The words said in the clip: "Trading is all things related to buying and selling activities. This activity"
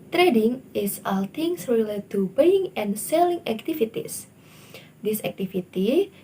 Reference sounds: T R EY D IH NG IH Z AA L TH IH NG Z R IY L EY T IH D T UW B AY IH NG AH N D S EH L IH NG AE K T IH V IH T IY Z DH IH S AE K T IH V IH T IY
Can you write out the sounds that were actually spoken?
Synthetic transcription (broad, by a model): T R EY D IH NG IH S AA L T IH NG S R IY L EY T T UW B AY IH NG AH N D S EH L IH NG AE K T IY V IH T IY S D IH S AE K T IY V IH T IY